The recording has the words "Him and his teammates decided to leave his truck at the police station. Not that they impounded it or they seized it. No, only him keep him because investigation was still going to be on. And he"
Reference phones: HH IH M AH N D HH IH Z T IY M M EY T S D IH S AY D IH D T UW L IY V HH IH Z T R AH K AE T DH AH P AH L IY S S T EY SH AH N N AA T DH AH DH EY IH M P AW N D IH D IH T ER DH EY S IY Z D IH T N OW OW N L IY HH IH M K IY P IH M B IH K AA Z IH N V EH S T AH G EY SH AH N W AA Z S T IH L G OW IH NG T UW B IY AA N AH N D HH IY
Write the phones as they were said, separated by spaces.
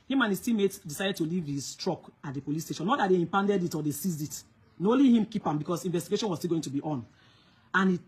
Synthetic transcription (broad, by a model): HH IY M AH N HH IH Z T IY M M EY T D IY S AY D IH D T UW L IY V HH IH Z T R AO K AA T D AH P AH L IY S S T EY SH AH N N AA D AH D EY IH M P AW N D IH D IH T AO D EY S IY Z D IH T N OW OW L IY HH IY M K IY P IH M B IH K AA S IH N V EH S T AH G EY SH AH N W AA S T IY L G OW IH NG T UW B IY AA N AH N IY